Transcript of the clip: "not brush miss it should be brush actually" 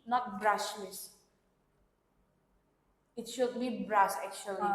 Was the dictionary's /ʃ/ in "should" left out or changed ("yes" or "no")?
no